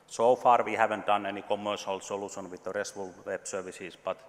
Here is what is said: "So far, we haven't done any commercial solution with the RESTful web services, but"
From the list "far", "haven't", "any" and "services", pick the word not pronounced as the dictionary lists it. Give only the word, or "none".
services